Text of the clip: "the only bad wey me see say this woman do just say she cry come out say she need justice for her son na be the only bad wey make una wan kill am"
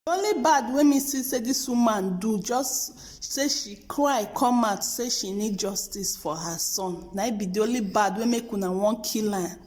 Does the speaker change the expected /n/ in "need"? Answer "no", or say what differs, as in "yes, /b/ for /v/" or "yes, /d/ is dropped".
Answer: no